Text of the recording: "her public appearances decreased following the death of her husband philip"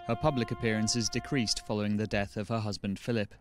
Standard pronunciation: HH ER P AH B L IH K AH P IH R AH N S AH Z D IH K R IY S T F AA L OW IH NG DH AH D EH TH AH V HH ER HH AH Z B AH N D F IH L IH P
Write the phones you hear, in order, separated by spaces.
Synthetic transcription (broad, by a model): HH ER P AH B L IH K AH P IH R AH N S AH Z D IH K R IY S T F AA L OW IH NG DH AH D EH TH AH V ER HH AH Z B AH N D F IH L IH P